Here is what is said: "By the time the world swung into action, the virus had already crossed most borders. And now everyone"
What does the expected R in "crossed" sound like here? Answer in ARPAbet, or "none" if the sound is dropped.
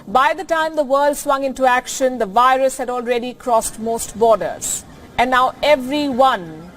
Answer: R